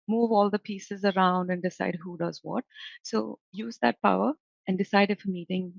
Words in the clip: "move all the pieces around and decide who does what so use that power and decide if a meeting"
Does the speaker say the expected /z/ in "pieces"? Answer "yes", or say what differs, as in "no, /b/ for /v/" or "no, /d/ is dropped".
yes